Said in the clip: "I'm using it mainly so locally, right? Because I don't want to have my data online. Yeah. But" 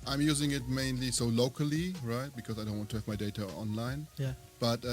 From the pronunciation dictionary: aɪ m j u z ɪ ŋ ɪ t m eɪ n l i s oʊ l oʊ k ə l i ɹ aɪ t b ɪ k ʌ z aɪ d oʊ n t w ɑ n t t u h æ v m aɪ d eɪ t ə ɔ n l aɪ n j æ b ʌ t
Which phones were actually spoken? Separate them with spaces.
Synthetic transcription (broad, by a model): aɪ m j u z ɪ ŋ ɪ t m eɪ n l i s oʊ l oʊ k ə l i ɹ aɪ t b ɪ k ʌ z aɪ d oʊ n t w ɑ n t t u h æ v m aɪ d eɪ t ə ɔ n l aɪ n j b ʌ t